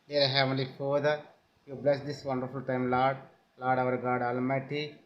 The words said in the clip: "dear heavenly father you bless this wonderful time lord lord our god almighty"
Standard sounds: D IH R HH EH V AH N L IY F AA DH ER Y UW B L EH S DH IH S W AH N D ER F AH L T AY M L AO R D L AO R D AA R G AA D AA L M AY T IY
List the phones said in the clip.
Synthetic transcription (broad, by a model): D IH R HH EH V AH L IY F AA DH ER Y UW B L EH S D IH S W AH N D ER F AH L T AY M L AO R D L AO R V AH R G AA D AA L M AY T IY